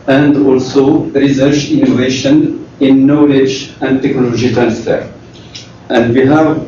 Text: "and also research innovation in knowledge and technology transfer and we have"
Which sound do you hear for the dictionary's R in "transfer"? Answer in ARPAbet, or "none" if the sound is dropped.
R